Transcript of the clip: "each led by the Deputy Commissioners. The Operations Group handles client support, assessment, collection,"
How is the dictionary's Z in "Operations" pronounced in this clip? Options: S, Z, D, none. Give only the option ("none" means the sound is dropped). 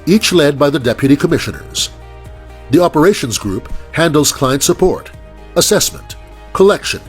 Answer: Z